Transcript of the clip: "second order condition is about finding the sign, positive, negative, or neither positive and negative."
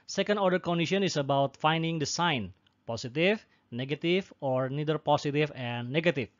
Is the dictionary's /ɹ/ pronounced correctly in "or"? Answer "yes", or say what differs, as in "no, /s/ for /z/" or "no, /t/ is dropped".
yes